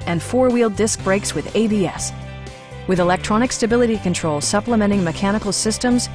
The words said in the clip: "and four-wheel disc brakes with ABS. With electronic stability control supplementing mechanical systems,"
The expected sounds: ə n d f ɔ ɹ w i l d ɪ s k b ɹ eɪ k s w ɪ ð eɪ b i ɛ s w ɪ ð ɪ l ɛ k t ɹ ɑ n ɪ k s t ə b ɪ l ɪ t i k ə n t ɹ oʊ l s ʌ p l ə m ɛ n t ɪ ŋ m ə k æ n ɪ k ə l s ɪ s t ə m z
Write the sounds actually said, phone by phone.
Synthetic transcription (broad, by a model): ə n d f ɔ ɹ w i l d ɪ s k b ɹ eɪ k s w ɪ ð eɪ b i ɛ s w ɪ ð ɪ l ɛ k t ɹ ɑ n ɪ k s t ə b ɪ l ɪ t i k ə n t ɹ oʊ l s ʌ p l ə m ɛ t ɪ ŋ m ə k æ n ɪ k l s ɪ s t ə m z